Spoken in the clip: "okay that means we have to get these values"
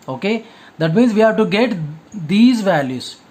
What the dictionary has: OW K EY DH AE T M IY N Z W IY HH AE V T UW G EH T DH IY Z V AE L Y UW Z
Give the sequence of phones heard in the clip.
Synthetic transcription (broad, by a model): OW K EY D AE T M IY N Z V IY HH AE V T UW G EH T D IY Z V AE L Y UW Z